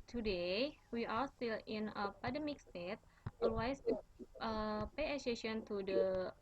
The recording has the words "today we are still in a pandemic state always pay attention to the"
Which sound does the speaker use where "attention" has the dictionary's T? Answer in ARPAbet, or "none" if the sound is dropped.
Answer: S